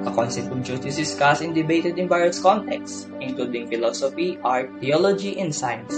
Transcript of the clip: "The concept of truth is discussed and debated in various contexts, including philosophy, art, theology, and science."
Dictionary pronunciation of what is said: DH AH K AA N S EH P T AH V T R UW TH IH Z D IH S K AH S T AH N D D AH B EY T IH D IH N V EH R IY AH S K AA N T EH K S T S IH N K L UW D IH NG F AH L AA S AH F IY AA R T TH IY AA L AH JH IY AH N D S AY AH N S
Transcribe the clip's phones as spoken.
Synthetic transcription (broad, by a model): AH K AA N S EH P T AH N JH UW T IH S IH S K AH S AH N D D AH B EY T IH D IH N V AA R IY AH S K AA N T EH K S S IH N K L UW D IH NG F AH L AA S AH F IY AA R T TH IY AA L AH JH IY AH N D S AY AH N S